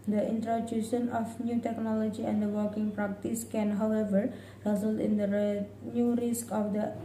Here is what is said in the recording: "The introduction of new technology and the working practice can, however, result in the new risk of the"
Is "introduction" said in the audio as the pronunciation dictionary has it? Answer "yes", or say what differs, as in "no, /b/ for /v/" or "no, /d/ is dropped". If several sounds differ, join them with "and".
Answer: no, /k/ is dropped